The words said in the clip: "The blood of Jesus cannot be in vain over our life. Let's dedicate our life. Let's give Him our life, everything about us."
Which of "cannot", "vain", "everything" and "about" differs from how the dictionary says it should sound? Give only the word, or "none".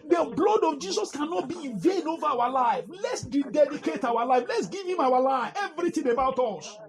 everything